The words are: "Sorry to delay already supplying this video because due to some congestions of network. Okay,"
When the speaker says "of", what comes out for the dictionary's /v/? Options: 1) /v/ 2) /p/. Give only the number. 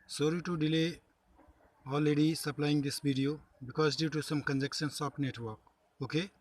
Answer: 2